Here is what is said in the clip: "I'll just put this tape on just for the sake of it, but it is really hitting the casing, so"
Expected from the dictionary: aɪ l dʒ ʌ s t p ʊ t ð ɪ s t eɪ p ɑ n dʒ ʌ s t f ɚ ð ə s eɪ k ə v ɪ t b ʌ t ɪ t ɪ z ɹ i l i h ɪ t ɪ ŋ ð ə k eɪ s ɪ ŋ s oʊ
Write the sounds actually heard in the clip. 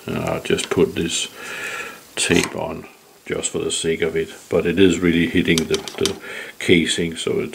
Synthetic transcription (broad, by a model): aɪ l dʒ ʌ s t p ʊ t ð ɪ s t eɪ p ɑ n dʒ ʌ s t f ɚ ð ə s eɪ k ə v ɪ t b ʌ t ɪ t ɪ z ɹ i l i h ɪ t ɪ ŋ ð ə k eɪ s ɪ ŋ s oʊ